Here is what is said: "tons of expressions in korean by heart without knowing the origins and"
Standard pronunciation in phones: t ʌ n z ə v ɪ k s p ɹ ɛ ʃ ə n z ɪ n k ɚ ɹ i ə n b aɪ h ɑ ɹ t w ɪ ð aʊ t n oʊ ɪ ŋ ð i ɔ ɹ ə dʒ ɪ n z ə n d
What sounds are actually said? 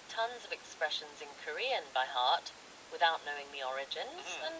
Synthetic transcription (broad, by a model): t ʌ n z ə v ɪ k s p ɹ ɛ ʃ ə n z ɪ n k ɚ ɹ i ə n b aɪ h ɑ ɹ t w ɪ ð aʊ t n oʊ ɪ ŋ ð i ɔ ɹ ə dʒ ɪ n z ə n